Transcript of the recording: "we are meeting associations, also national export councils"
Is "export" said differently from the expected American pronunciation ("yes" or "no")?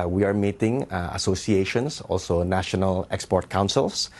no